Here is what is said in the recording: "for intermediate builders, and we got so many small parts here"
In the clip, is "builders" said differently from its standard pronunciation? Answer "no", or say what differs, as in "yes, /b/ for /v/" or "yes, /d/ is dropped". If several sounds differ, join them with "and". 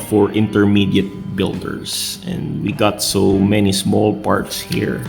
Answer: yes, /s/ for /z/